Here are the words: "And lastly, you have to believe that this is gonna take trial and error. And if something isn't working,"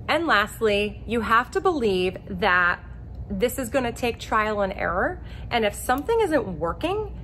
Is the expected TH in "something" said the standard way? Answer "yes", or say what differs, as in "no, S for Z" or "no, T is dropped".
yes